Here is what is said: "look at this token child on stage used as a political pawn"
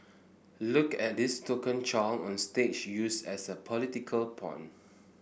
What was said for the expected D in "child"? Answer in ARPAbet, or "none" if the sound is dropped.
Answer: none